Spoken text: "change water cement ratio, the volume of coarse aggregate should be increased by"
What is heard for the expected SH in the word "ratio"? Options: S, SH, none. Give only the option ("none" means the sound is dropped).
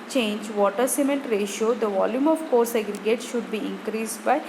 SH